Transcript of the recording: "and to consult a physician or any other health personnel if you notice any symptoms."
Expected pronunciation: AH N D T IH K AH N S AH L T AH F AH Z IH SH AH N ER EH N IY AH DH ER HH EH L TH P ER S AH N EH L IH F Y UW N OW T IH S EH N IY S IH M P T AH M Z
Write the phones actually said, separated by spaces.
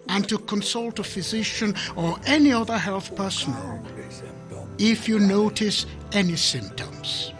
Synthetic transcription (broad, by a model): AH N T IH K AH N S AH L T AH F AH Z IH SH AH N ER EH N IY AH DH ER HH EH L TH P ER S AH N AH L IH F Y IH N OW T IH S EH N IY S IH M P T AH M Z